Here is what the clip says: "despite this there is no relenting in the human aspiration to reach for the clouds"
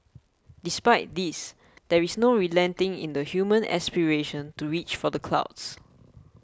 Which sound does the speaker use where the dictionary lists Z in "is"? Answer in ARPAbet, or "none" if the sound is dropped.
S